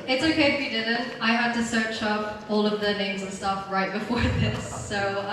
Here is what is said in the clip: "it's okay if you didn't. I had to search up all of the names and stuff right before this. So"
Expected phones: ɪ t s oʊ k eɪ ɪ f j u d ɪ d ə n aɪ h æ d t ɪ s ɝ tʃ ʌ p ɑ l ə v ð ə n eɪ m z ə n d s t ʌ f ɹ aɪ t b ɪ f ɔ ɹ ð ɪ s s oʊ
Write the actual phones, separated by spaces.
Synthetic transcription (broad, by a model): ɪ t s oʊ k eɪ ɪ f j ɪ d ɪ d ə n aɪ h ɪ d t ɪ s ɝ tʃ ʌ p ɑ l ə v ð ə n eɪ m z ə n s t ʌ f ɹ aɪ t b ɪ f ɔ ɹ ð ɪ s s oʊ